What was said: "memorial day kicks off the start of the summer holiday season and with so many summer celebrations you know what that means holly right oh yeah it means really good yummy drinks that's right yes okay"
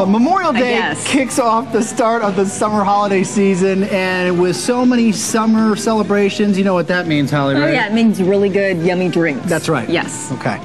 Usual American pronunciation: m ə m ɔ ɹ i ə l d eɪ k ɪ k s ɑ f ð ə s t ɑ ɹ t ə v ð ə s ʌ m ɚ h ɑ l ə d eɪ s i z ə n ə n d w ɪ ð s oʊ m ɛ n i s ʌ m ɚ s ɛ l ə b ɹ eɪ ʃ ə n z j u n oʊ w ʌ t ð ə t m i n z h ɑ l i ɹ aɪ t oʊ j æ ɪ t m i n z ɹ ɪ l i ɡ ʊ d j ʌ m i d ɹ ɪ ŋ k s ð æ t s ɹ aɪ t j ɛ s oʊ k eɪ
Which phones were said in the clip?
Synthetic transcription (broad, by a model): m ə m ɔ ɹ i l d eɪ k ɪ k s ɑ f ð ə s t ɑ ɹ t ə v ð ə s ʌ m ɚ h ɑ l ə d eɪ s i z ə n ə n w ɪ ð s oʊ m ɛ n i s ʌ m ɚ s ɛ l ə b ɹ eɪ ʃ ə n z j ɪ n oʊ w ʌ t ð ə t m i n z h ɑ l i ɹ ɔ oʊ j æ ɪ t m i n z ɹ ɪ l i ɡ ʊ d j ʌ m i d ɹ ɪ ŋ k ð ð æ t s ɹ aɪ t j ɛ s oʊ k eɪ